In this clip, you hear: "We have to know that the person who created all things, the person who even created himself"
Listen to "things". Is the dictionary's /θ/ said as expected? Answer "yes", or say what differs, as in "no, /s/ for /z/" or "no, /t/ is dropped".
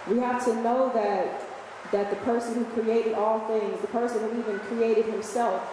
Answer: yes